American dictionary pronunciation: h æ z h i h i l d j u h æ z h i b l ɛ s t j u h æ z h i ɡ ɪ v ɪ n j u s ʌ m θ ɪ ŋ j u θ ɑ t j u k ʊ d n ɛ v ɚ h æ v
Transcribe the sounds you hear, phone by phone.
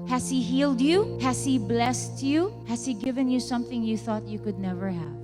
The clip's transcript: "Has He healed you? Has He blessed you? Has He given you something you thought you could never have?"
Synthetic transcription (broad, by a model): h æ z h i h i l d j u h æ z h i b l ɛ s t j u h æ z h i ɡ ɪ v ɪ n j u s ʌ m θ ɪ ŋ j u θ ɑ t j u k ʊ d n ɛ v ɚ h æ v